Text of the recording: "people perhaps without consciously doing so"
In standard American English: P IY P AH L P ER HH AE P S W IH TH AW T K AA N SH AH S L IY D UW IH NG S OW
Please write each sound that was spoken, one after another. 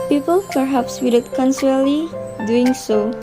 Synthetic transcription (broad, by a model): P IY P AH L P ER HH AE P S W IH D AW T K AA N S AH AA L IY D UW IH NG S OW